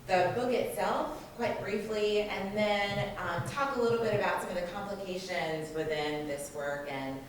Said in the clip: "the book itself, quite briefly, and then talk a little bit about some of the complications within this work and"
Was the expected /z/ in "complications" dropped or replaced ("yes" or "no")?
no